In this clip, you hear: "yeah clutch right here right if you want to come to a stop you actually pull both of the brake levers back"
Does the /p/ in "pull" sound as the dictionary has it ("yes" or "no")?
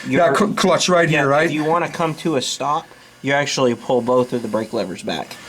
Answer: yes